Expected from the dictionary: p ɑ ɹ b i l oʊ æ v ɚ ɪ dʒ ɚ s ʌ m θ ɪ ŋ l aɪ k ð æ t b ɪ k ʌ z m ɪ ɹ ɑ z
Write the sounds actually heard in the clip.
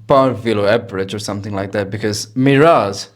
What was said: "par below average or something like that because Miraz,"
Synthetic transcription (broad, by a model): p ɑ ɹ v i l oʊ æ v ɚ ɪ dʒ ɚ s ʌ m θ ɪ ŋ l aɪ k ð æ t b ɪ k ʌ z m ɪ ɹ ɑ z